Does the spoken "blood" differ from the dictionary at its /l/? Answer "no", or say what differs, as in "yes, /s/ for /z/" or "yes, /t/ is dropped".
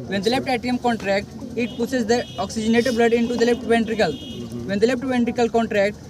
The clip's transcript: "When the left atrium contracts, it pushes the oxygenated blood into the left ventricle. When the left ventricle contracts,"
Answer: no